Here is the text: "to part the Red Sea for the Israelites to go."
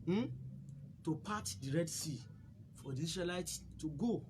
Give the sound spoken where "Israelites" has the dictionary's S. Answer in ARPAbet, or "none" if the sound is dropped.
none